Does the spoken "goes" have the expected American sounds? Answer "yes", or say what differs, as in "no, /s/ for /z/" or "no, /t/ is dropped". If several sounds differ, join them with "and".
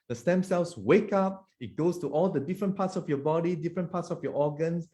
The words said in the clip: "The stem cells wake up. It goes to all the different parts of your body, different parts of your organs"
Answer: no, /s/ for /z/